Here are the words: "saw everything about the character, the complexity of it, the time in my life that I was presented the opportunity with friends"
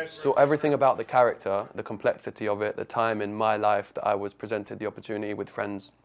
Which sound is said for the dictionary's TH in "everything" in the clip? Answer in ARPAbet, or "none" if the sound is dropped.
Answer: TH